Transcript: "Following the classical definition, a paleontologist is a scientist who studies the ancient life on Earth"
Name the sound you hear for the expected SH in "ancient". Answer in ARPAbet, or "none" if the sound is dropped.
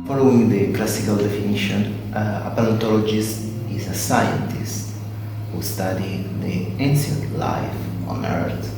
S